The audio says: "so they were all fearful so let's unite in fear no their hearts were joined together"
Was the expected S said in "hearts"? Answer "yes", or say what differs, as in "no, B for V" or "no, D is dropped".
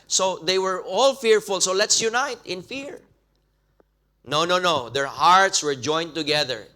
yes